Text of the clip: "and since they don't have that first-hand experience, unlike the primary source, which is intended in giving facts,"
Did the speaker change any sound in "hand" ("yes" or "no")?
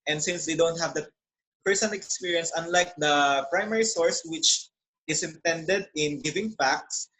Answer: yes